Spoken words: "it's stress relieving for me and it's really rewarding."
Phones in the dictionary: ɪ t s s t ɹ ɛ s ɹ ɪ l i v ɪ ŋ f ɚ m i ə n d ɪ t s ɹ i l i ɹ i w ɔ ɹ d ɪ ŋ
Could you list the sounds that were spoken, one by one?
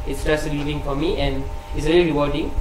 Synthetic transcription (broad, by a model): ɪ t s s t ɑ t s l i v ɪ ŋ f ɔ m i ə n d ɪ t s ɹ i l i ɹ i w ɔ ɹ d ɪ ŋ